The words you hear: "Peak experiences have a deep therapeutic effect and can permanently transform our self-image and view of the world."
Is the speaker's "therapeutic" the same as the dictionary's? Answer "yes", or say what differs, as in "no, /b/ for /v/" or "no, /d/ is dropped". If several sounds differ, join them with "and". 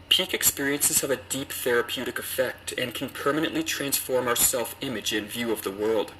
yes